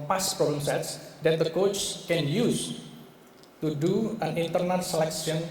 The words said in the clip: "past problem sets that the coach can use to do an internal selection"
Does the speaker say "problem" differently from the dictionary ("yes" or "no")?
yes